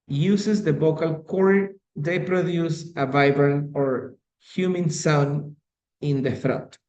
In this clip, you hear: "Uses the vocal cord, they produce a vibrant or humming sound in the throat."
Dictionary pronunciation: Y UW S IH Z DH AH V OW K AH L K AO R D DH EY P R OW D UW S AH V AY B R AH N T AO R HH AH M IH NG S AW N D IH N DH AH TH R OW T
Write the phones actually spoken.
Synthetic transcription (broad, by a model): Y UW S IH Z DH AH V OW K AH L K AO R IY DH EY P R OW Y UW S AH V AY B R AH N AO R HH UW M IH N S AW N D IH N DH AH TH R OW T